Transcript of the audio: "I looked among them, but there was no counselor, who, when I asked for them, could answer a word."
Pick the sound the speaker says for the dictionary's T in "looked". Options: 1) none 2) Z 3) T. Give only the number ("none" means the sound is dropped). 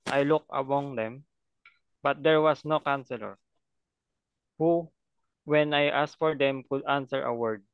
1